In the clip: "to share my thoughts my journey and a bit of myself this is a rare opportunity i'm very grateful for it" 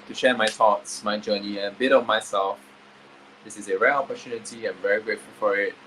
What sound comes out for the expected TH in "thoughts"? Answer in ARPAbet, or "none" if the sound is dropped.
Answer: T